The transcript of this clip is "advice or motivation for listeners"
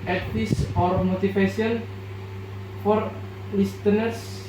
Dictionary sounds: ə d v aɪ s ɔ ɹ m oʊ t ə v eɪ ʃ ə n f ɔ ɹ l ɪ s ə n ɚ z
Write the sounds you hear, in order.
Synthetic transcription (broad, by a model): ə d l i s ɔ ɹ m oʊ t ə f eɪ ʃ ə n f ɔ ɹ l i s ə n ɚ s